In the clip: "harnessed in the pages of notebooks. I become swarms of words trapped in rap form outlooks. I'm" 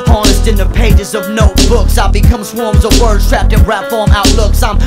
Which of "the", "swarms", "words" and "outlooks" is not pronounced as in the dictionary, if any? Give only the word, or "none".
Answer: words